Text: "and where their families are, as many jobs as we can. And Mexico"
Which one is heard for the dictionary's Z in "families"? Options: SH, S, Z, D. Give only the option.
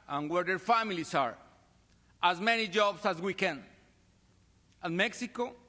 S